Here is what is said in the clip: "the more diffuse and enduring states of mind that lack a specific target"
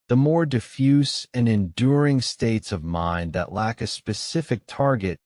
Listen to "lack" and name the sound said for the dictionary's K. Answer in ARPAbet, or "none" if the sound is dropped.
K